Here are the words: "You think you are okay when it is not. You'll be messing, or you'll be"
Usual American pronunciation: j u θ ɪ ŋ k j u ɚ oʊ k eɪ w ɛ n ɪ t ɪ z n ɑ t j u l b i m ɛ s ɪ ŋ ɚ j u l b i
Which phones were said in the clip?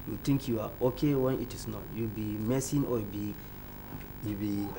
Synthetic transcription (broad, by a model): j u t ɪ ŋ k j u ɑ oʊ k eɪ w ɛ n ɪ t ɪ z n ɑ t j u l b i m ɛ s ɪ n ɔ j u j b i